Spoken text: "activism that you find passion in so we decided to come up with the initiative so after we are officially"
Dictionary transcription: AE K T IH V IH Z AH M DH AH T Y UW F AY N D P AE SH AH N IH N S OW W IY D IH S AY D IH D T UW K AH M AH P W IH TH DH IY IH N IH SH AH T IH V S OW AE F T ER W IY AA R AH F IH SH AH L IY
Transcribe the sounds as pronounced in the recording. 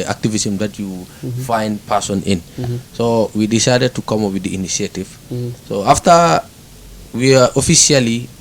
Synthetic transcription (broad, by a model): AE K T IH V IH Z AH M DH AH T Y UW F AY N D P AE S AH N IH N S OW W IY D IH S AY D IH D T UW K AH M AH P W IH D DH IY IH N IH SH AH T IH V S OW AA F T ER W IY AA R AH F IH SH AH L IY